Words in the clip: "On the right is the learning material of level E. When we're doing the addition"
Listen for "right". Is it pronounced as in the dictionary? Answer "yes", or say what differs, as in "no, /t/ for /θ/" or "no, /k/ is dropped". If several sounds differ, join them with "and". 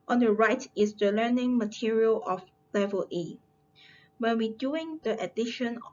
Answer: yes